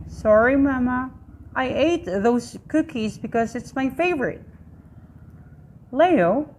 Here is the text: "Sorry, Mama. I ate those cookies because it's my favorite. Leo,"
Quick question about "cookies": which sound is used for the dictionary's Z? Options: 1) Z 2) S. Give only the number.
1